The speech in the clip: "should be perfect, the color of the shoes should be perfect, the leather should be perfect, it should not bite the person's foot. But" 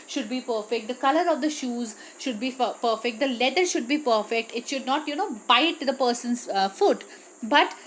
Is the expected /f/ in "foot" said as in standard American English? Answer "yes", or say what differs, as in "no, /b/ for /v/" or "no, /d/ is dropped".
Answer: yes